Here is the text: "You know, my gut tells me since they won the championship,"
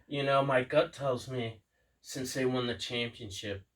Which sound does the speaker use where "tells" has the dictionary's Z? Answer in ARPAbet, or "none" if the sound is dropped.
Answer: Z